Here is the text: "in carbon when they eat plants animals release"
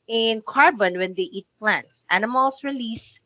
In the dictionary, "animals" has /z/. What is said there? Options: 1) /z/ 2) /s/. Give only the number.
2